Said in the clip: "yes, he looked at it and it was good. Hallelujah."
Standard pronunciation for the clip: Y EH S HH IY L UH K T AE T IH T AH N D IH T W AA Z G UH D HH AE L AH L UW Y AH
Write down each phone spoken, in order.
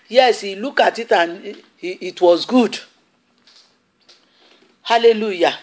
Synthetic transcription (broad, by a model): Y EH S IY L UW K AA T IH T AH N IH T W AA Z G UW D HH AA L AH L UW Y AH